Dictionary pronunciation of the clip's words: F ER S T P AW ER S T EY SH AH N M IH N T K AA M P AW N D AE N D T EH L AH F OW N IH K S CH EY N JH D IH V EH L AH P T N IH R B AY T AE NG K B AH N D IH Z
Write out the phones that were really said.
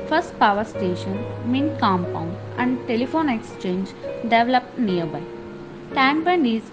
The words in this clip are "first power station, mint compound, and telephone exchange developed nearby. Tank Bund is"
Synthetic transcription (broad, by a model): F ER S T P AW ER S T EY SH AH N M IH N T K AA M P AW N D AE N D T EH L AH F OW N IH K S CH EY N JH D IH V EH L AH P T N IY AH B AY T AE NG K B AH N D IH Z